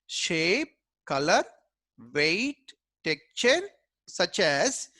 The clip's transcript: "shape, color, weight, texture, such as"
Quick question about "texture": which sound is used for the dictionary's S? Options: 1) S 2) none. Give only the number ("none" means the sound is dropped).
2